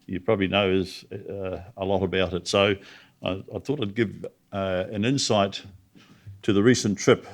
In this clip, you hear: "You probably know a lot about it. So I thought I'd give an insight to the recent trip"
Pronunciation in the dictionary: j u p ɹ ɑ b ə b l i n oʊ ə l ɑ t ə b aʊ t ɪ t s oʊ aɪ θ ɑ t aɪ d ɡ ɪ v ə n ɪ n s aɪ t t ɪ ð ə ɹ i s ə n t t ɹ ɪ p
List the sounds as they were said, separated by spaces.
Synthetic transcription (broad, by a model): j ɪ p ɹ ɑ b ə b l i n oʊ ə l ɑ t ə b aʊ t ɪ t s oʊ aɪ θ ɑ t aɪ d ɡ ɪ v ə n ɪ n s aɪ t t ɪ ð ə ɹ i s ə n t t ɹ ɪ p